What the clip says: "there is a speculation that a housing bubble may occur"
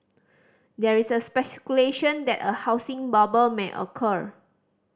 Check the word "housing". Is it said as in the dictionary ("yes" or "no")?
no